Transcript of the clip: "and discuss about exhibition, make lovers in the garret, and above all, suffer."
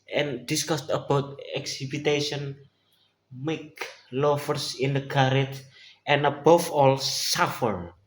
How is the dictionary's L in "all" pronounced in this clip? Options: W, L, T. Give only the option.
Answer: L